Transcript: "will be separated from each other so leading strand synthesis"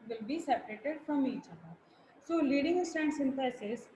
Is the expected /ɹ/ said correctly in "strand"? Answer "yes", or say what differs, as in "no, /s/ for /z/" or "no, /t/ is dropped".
no, /ɹ/ is dropped